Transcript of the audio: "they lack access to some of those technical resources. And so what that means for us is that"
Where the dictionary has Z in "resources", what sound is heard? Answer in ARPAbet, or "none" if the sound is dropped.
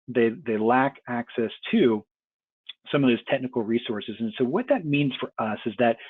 Z